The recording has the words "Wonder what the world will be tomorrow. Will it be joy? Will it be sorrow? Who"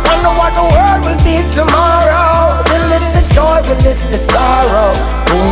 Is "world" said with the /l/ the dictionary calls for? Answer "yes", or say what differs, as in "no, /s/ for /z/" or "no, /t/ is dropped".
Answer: no, /l/ is dropped